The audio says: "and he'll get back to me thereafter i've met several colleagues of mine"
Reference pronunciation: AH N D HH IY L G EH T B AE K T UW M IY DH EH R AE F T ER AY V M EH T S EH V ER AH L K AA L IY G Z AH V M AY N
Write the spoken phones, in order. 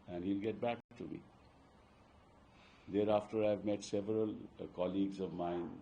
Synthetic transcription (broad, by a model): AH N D HH IY L G EH T B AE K T UW M IY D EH R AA F T ER AY V M EH T S EH V ER AH L K AA L IY G Z AH V M AY N